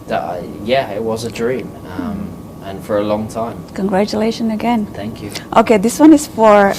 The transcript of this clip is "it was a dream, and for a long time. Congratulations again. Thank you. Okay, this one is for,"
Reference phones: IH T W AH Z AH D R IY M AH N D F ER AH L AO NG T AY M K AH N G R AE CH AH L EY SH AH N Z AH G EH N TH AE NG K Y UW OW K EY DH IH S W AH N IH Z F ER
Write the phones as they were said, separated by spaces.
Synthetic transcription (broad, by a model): IH T W AH Z AH D R IY M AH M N F ER AH L AO NG T AY M K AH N G R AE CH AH L EY SH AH N AH G EH N TH AE NG K Y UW OW K EY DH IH S W AH N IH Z F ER